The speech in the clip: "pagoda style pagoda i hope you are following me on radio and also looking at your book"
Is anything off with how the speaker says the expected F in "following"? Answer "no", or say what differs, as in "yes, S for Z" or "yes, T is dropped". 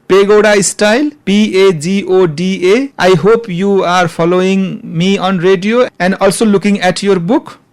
yes, P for F